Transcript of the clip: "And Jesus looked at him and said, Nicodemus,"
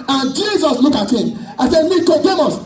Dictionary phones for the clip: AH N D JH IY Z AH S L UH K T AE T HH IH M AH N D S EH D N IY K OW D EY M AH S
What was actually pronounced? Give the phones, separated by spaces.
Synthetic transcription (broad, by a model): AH N JH IY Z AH S L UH K AA T HH IH M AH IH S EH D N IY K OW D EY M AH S